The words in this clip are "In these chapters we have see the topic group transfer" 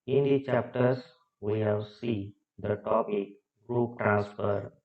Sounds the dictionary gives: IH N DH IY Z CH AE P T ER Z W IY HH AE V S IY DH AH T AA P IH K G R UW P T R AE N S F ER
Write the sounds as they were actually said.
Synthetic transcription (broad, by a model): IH N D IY CH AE P T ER S W IY HH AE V S IY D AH T AA P IH K G R UW P T R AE N S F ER